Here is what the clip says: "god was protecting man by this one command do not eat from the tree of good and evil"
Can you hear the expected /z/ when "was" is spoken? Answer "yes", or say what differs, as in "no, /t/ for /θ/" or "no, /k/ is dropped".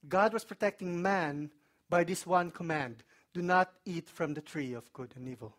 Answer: no, /s/ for /z/